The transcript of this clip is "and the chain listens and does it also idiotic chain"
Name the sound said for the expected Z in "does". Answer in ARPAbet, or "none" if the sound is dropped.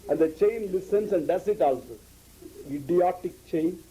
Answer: S